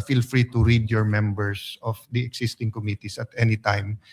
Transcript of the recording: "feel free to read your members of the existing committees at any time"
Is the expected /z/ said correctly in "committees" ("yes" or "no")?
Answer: no